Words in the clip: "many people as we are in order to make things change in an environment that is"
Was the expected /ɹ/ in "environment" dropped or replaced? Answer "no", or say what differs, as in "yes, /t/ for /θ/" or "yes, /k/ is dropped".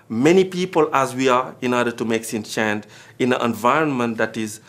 no